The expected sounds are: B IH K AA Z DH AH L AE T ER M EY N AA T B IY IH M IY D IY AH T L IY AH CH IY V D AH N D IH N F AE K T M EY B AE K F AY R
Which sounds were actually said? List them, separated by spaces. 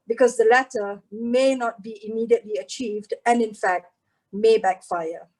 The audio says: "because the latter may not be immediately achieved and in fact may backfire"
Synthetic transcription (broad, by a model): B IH K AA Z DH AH L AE T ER M EY N AA T B IY IH M IY D IY AH T L IY AH CH IY V D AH N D IH N F AE K T M EY B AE K F AY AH